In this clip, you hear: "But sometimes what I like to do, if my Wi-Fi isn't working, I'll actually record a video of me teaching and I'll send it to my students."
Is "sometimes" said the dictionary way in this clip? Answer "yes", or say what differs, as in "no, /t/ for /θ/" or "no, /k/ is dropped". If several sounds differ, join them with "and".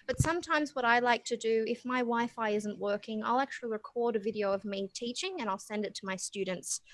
yes